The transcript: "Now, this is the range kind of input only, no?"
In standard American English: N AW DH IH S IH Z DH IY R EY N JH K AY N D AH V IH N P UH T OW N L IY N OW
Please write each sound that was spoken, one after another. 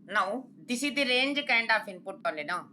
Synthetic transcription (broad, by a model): N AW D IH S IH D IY R EY N JH K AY N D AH P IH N P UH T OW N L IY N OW